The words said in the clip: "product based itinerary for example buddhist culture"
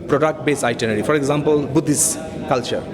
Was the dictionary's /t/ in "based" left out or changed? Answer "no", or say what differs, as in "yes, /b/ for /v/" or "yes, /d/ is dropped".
yes, /t/ is dropped